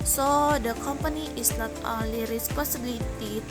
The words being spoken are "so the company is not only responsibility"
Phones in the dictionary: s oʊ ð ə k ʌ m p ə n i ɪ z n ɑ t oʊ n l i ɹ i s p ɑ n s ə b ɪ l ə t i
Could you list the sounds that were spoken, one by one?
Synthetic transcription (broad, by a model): s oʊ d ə k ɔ m p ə n i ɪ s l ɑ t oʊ l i ɹ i s p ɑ n s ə b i l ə t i